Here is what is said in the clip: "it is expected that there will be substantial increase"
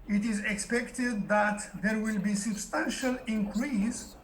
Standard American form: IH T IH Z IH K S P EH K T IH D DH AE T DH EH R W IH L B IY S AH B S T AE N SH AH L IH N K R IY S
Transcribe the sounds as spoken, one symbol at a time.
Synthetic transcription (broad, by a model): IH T IH Z IH K S P EH K T IH D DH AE T DH EH R W IH L B IY S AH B S T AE N SH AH L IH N K R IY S